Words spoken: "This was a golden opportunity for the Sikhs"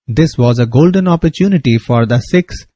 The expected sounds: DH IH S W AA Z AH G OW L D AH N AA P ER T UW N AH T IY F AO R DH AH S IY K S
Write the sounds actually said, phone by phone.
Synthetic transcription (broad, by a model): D IH S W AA Z AH G OW L D AH N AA P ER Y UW N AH T IY F AO R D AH S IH K S